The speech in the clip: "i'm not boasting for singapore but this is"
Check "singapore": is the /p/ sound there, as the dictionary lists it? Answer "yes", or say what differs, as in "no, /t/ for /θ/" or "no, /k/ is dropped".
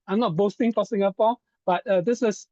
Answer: no, /f/ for /p/